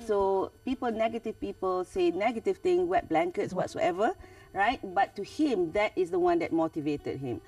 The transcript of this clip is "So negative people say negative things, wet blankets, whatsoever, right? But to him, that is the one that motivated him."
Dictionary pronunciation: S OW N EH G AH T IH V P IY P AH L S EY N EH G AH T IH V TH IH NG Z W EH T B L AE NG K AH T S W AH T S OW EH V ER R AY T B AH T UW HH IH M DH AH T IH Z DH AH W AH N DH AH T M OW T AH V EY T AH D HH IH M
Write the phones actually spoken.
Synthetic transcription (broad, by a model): S OW N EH G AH T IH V P IY P AH L S EY N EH G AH T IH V T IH NG W EH T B L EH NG K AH T S W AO T S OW EH V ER R AY T B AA T UW HH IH M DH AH T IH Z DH AH W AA N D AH T M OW T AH V EY T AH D HH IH M